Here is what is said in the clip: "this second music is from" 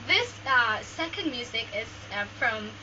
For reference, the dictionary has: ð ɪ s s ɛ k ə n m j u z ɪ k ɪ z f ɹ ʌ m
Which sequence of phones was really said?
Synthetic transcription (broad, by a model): ð ɪ s s ɛ k ə n m j u z ɪ k ɪ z f ɹ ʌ m